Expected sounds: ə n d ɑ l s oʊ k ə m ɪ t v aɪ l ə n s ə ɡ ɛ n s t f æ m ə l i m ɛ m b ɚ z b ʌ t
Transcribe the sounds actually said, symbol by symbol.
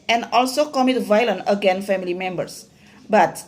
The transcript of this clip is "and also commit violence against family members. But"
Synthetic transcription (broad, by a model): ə n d ɑ l s oʊ k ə m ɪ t v aɪ l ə n ə ɡ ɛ n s f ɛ m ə l i m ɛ m b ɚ s b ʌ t